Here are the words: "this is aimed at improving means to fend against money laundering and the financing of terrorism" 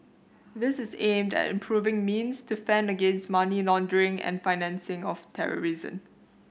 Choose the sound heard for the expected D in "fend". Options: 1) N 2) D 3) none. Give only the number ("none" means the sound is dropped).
2